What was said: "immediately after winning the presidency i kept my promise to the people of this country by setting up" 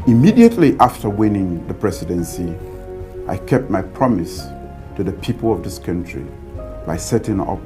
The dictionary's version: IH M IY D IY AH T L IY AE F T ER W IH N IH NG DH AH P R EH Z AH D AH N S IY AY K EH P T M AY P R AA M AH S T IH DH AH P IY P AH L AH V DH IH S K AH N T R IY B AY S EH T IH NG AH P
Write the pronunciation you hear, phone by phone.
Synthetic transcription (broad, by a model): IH M IY D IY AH T L IY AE F T ER W IH N IH NG DH AH P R EH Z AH D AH N S IY AY K EH P T M AY P R AA M AH S T IH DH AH P IY P AH L AH V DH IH S K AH N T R IY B AY S EH T IH NG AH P